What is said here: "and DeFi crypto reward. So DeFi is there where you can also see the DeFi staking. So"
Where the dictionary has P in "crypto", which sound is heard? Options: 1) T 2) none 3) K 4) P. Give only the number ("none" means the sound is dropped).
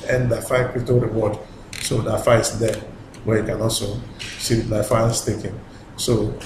2